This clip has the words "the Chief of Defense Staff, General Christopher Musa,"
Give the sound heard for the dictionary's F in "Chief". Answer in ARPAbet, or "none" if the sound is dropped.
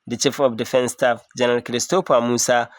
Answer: F